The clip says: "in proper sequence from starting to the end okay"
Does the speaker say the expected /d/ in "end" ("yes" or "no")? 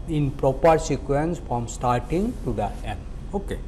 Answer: no